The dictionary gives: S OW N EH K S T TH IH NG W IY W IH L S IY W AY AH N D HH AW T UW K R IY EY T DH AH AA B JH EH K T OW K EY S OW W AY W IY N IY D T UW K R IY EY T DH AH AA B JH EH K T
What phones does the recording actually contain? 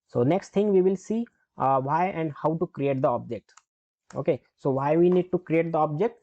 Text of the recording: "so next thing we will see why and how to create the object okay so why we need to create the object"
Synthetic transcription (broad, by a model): S OW N EH K S T T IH NG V IY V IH L S IY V AY AH N D HH AW T UW K R IY EY T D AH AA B JH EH K T OW K EY S OW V AY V IY N IY D T UW K R IY EY T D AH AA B JH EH K T